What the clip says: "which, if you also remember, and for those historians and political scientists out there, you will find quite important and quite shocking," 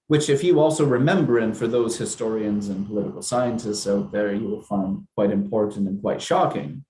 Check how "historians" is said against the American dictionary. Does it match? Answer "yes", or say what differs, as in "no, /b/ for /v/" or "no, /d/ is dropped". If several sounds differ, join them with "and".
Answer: yes